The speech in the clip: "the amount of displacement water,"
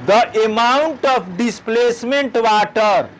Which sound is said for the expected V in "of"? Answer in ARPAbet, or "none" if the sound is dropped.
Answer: P